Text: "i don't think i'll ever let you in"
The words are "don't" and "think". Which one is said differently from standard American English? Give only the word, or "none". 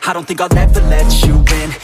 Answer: none